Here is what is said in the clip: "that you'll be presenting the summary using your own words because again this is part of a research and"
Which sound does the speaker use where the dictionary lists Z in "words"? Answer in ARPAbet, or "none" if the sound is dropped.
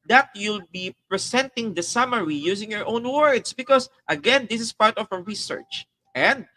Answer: S